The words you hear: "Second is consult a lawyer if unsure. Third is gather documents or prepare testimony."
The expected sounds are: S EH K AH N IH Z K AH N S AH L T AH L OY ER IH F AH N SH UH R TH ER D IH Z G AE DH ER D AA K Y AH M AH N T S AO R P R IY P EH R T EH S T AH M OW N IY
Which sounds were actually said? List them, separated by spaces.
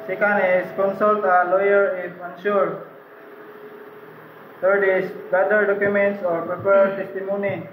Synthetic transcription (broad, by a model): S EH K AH N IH S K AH N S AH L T AH L OY ER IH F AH N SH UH R T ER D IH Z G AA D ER D AA K Y AH M AH N T S AO R P R IY P EH R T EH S T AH M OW N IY